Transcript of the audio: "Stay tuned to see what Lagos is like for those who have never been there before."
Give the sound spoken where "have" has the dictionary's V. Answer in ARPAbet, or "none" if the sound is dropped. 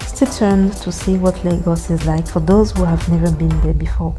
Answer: V